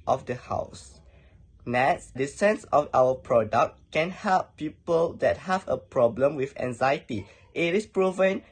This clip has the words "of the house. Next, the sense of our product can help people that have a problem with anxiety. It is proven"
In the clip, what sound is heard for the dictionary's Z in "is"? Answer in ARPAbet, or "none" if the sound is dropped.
S